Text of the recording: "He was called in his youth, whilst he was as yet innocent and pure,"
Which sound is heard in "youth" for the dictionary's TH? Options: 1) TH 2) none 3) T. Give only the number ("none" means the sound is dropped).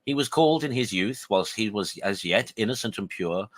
1